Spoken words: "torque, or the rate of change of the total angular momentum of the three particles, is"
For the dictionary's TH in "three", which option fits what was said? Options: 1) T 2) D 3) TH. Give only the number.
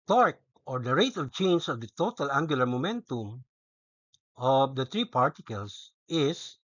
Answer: 1